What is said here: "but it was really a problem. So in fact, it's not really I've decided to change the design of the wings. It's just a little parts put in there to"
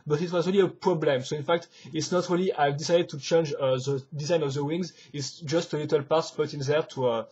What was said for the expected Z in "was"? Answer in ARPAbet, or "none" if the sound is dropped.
Z